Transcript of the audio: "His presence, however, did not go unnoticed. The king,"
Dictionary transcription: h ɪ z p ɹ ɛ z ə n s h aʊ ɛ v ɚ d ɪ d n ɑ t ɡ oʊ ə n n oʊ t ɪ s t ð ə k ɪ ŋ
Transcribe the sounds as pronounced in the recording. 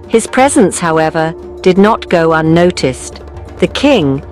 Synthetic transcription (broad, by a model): h ɪ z p ɹ ɛ z ə n s h aʊ ɛ v ɚ d ɪ d n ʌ t ɡ oʊ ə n n oʊ t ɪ s ð ə k ɪ ŋ